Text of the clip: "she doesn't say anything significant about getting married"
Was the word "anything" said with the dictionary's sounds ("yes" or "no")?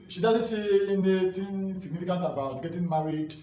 no